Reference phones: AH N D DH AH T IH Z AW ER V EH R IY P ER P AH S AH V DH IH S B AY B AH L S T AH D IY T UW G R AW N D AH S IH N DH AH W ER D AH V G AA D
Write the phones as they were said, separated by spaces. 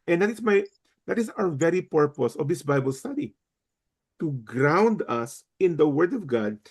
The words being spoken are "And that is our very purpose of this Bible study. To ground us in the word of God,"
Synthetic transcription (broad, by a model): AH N D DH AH T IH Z AW ER V EH R IY P ER P AH S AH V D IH S B AY B AH L S T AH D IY T UW G R AW N D AH S IH N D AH W ER D AH V G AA D